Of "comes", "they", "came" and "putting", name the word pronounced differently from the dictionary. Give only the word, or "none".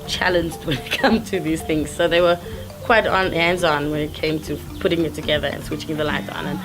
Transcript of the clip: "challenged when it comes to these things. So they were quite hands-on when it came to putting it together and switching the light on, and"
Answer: comes